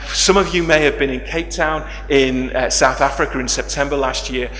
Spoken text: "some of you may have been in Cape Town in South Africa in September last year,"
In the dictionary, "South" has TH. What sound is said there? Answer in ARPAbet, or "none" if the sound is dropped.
TH